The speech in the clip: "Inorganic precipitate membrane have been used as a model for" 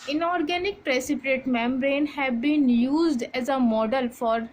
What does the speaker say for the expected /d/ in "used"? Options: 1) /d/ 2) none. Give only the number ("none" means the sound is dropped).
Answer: 1